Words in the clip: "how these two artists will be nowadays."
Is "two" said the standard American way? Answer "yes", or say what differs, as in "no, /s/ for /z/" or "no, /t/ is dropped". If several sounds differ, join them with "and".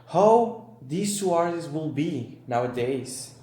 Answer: no, /s/ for /t/